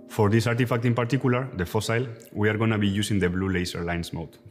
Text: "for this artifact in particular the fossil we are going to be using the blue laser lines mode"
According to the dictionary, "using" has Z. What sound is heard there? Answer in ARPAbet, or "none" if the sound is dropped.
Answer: S